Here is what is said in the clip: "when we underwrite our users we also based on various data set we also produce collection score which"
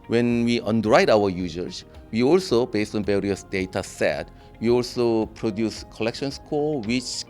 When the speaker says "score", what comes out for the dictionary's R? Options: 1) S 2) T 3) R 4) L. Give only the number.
4